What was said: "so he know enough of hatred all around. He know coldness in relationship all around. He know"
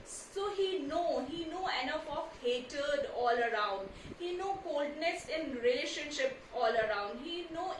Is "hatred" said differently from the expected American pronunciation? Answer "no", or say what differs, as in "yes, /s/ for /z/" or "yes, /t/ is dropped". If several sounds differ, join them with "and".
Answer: yes, /ɹ/ is dropped